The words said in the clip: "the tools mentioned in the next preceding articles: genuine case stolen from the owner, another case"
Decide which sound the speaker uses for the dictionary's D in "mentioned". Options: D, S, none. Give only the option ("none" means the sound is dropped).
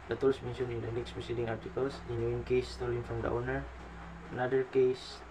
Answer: none